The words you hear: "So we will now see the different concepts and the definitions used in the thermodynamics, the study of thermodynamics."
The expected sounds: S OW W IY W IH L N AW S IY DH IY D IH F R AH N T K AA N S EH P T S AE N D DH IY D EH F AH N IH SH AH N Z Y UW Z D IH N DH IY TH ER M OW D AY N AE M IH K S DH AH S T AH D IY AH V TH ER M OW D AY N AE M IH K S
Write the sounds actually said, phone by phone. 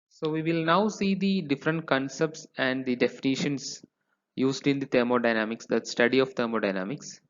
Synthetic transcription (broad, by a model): S OW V IY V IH L N AW S IY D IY D IH F R AH N T K AA N S EH P T S AE N D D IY D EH F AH N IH SH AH N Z Y UW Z D IH N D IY T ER M OW D AY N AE M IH K S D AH S T AH D IY AH V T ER M OW D AY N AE M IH K S